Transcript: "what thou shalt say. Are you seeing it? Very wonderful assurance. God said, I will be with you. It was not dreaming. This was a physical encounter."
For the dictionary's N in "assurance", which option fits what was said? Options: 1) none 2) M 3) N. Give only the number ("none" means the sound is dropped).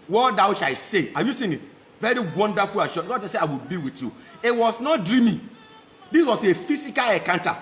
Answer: 1